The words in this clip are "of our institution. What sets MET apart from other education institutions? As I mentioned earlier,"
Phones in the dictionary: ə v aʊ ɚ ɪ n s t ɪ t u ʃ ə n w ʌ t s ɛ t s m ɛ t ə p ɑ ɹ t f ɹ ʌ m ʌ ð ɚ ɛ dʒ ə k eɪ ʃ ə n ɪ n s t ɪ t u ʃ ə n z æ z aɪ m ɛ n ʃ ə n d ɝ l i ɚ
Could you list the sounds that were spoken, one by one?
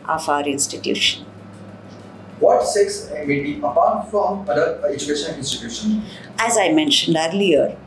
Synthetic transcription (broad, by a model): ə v aʊ ɚ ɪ n s t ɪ t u ʃ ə n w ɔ t s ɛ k s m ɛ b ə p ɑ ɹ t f ɹ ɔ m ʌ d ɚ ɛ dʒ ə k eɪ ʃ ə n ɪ n s t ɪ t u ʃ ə n æ z aɪ m ɛ n ʃ ə n d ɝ l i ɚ